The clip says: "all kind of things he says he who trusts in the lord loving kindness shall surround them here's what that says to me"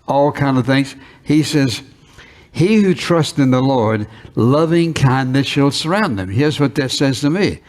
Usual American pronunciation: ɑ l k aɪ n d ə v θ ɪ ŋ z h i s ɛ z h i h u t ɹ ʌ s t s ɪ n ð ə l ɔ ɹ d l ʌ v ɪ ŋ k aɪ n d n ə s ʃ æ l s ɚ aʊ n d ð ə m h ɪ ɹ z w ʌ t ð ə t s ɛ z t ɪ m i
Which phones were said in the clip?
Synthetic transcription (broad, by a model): ɑ l k aɪ n d ə v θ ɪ ŋ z h i s ɛ z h i h u t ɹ ʌ s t ɪ n ð ə l ɔ ɹ d l ʌ v ɪ ŋ k aɪ n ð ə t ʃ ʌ l s ɚ aʊ n ð ə m h ɪ ɹ z w ʌ t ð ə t s ɛ z t ɪ m i